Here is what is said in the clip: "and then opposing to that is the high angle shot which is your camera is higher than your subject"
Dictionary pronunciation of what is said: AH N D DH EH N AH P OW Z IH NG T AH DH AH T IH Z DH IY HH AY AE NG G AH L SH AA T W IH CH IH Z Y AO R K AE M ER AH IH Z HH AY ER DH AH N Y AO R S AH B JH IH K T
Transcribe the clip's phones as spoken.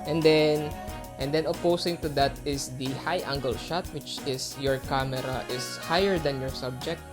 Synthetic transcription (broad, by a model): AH N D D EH N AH P OW S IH NG T AH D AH T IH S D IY HH AY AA NG G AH L SH AA T W IH CH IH S Y AO R K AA M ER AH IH S HH AY ER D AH N Y AO R S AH B JH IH K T